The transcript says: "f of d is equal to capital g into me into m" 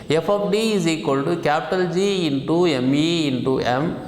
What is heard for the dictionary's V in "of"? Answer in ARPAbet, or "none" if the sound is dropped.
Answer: P